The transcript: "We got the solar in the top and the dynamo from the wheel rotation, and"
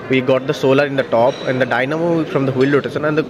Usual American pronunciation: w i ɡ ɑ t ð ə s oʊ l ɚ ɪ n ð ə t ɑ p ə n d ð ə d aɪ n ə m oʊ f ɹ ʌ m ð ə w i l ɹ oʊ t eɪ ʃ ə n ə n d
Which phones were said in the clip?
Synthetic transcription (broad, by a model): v i ɡ ɑ t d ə s oʊ l ɚ ɪ n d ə t ɑ p ə n d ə d aɪ n ə m oʊ f ɹ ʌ m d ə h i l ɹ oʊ t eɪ s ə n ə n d